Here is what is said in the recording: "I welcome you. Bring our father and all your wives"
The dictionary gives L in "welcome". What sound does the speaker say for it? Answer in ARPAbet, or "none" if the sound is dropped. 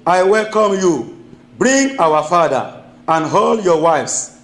L